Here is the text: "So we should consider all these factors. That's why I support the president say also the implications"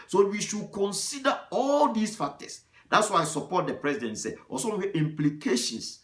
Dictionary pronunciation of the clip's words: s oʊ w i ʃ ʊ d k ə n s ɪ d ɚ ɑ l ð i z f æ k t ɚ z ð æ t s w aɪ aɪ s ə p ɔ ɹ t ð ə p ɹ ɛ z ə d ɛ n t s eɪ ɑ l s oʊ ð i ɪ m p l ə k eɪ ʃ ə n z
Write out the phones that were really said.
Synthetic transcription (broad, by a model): s oʊ w i ʃ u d k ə n s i d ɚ ɑ l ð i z f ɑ k t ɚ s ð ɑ t s w aɪ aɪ s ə p ɔ t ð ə p ɹ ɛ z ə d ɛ n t s eɪ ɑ s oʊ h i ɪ m p l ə k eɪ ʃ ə n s